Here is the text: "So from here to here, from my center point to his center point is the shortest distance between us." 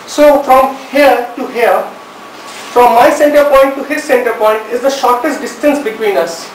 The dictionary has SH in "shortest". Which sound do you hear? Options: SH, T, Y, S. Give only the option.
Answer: SH